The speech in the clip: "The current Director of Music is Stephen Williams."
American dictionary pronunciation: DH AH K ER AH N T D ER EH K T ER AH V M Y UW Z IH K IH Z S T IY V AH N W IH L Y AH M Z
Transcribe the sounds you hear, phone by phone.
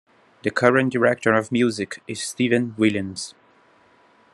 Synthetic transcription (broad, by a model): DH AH K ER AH N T D ER EH K T ER AH V M Y UW Z IH K IH Z S T IY V AH N W IH L Y AH M Z